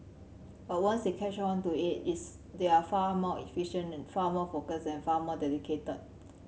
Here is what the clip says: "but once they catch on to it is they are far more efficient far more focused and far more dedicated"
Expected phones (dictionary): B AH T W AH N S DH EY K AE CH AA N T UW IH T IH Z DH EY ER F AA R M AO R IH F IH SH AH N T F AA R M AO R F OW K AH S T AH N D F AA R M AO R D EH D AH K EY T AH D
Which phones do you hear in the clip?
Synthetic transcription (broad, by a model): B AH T W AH N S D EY K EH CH AA N T UW IH T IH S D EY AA F AA M AO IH F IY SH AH N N F AA M AO F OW K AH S AH N F AA M AO D EH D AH K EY T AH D